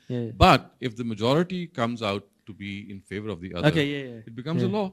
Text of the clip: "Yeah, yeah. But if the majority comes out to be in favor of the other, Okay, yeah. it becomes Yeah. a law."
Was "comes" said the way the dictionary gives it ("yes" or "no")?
yes